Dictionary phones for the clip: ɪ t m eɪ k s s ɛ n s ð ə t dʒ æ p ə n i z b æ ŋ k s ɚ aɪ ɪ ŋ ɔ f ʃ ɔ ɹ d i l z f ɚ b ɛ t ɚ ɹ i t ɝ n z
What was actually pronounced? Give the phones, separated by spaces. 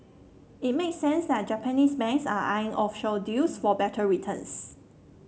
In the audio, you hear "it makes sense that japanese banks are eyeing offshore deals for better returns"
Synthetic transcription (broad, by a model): ɪ t m eɪ k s s ɛ n s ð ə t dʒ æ p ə n i s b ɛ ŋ s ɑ aɪ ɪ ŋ ɔ f ʃ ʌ l d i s f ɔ b ɛ t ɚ ɹ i t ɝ n s